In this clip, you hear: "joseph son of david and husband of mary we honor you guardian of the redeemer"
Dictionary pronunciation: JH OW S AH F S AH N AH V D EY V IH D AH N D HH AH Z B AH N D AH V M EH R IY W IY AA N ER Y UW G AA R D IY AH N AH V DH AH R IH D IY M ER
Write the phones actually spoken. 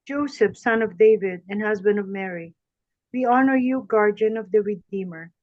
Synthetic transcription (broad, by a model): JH OW S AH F S AH N AH V D EY V IH D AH N HH AH Z B AH N D AH V M EH R IY W IY AA N ER Y UW G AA R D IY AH N AH V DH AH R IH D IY M ER